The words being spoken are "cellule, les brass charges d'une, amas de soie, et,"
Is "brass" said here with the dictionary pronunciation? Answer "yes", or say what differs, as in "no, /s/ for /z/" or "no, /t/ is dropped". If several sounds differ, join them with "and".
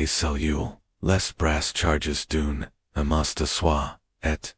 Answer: yes